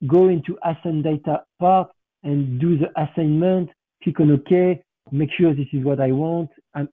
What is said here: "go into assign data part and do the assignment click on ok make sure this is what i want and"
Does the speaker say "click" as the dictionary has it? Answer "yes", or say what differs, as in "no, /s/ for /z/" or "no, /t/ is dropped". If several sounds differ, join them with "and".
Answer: no, /l/ is dropped